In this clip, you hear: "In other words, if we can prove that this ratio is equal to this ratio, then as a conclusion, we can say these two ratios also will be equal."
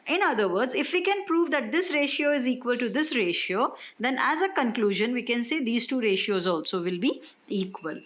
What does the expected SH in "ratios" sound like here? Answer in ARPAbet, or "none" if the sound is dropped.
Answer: SH